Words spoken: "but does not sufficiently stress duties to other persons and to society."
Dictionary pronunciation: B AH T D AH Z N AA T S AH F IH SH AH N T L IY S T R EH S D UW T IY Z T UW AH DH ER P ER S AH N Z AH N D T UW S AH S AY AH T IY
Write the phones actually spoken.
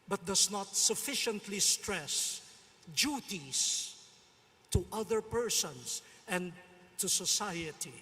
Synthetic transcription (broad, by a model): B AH T D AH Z N AA T S AH F IH SH AH N T L IY S T R EH S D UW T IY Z T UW AH DH ER P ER S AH N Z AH N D T UW S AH S AY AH T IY